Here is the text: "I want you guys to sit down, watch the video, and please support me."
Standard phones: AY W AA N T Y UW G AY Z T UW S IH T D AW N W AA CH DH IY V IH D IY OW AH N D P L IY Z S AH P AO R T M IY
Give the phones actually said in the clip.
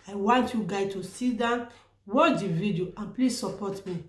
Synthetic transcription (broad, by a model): AY W AA N T Y UW G AY T UW S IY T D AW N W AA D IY V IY D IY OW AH N P L IY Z S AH P AO T M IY